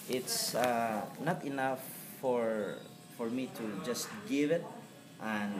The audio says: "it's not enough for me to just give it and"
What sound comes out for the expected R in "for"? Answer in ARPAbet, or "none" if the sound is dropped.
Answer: R